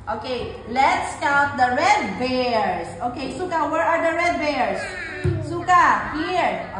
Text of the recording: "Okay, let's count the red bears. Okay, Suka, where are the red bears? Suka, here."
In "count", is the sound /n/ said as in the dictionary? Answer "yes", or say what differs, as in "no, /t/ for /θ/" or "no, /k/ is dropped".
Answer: no, /n/ is dropped